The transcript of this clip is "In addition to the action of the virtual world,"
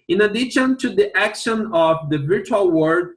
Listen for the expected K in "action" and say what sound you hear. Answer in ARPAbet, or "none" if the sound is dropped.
K